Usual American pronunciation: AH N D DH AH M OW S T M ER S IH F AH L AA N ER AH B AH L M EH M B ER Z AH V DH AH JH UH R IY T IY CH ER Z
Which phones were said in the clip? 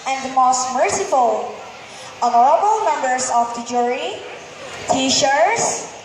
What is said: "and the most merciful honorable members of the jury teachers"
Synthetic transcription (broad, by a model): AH N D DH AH M OW S T M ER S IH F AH L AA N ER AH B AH L M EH M B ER S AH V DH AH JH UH R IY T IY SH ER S